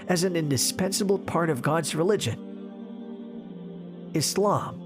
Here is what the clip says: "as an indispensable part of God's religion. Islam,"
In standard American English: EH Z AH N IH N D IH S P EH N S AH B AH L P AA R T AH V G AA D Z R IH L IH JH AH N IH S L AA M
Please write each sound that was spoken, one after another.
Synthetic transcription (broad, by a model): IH Z N IH N D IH S P EH N S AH B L P AA R T AH V G AA D Z R IH L IH JH AH N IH S L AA M